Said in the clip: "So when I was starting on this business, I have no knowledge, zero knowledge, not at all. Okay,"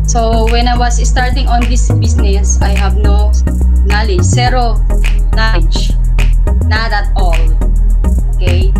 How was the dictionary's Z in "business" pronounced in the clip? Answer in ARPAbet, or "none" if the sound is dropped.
S